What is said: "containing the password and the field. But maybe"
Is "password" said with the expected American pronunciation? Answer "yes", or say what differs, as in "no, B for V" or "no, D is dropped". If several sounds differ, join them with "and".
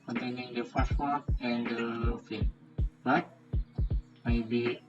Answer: no, F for P